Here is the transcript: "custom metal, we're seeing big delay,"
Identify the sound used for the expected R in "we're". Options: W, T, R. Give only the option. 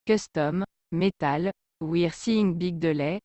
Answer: R